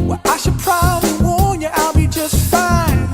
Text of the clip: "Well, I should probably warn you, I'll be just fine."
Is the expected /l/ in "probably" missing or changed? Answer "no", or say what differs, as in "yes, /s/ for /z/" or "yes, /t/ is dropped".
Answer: no